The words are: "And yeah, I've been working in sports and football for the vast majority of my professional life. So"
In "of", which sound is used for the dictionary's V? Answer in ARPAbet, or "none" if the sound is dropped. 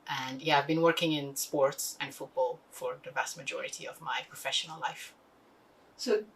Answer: V